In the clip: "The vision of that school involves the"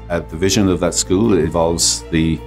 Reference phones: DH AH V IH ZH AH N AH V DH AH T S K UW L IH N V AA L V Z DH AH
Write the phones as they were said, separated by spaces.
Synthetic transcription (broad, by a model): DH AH V IH ZH AH N AH V DH AH T S K UW L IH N V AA L V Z DH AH